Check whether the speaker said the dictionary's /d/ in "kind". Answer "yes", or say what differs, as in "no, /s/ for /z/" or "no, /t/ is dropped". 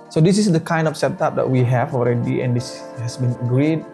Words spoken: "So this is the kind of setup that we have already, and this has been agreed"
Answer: yes